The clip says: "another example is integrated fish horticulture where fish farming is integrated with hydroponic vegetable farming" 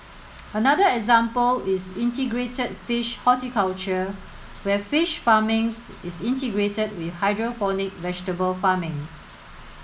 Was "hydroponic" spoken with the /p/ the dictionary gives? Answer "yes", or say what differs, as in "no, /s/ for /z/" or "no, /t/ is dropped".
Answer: no, /f/ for /p/